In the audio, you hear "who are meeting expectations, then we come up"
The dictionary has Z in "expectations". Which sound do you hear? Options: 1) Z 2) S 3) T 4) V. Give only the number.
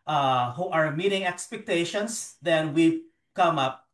2